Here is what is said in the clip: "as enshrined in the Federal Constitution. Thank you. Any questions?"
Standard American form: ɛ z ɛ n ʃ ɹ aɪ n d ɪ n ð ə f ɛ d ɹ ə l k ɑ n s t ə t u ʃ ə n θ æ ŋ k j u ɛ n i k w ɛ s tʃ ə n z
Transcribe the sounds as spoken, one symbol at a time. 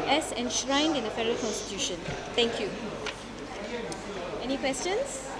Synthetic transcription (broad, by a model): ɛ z ɛ n ʃ ɹ aɪ n d ɪ n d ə f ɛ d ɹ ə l k ɑ n s t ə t u ʃ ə n t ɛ ŋ k j u ɛ n i k w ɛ s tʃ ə n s